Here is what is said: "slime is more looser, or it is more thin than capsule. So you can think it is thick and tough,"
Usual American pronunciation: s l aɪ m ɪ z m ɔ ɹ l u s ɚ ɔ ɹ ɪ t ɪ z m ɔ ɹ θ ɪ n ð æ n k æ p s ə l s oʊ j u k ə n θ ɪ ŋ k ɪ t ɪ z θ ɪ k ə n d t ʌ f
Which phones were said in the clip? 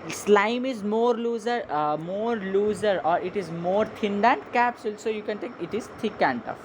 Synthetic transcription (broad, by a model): s l aɪ m ɪ z m ɔ ɹ l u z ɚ ɔ ɹ ɪ t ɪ z m ɔ ɹ t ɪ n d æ n k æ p s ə l s oʊ j u k ə n t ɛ k ɪ t ɪ z t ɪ k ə n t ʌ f